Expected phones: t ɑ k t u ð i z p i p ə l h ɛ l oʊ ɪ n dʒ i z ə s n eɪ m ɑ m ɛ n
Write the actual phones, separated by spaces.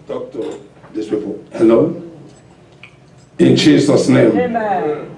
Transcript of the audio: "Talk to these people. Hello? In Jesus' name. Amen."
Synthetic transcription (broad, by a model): t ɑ k t u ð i s p i p ə l h ɛ l oʊ ɪ n dʒ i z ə s n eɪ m m